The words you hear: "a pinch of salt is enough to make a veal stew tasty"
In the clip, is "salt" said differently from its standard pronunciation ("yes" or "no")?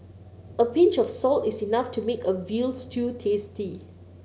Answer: no